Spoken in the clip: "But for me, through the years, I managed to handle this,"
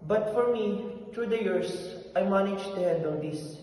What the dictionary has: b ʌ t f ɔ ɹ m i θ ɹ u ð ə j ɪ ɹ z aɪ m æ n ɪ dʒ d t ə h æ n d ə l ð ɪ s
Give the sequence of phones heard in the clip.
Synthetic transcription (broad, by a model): b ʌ t f ɔ ɹ m i t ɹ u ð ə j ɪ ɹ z aɪ m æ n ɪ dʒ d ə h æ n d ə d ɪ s